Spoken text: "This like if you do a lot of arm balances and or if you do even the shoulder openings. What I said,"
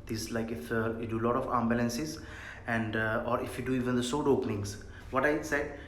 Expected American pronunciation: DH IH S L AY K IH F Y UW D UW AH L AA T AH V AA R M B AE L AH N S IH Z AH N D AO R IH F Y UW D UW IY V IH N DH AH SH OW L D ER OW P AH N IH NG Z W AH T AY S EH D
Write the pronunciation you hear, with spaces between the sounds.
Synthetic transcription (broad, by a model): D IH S L AY K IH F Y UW D UW L AA T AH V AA M B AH L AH N S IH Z AH N D AO R IH F Y UW D UW IY V IH N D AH S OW D OW P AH N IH NG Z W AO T AY S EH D